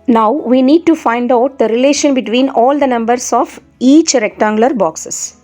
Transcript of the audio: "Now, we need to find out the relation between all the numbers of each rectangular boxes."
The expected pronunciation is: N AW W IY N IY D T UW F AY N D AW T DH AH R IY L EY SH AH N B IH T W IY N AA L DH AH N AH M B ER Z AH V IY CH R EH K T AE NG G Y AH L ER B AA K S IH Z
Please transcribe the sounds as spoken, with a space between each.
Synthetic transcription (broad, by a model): N AW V IY N IY D T UW F AY N D AW T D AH R IY L EY SH AH N B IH T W IY N AA L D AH N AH M B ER S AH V IY CH R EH K T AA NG G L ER B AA K S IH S